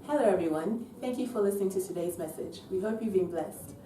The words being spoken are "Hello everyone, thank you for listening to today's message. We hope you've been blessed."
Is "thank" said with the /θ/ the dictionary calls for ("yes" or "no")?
yes